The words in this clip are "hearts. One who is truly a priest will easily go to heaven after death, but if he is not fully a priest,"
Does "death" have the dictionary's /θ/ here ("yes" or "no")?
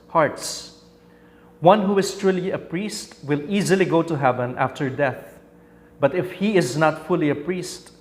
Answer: yes